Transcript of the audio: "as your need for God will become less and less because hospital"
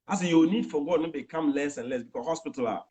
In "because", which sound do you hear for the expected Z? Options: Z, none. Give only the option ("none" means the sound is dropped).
none